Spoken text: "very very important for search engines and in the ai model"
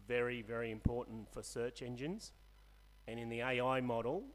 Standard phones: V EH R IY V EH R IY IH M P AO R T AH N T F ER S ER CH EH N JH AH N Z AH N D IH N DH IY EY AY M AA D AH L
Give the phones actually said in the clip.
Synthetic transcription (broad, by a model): V EH R IY V EH R IY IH M P AO R T N T F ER S ER CH EH N JH AH N Z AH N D IH N DH IY EY AY M AA D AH L